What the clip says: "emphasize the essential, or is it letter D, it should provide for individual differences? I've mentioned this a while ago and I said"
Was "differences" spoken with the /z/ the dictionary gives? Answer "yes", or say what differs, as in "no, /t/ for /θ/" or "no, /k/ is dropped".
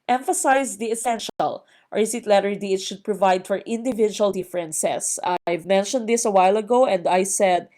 no, /s/ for /z/